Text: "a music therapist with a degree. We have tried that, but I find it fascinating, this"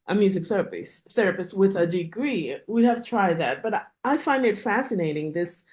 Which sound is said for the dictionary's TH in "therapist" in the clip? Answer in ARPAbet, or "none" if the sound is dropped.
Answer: TH